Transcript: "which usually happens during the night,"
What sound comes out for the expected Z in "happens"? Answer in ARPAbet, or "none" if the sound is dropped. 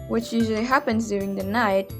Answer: Z